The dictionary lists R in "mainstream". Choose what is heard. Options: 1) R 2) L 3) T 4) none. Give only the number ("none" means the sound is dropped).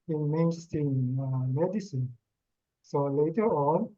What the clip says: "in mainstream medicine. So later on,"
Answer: 4